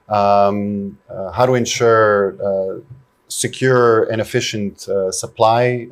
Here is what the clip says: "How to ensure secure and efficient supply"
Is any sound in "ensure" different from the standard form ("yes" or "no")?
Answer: no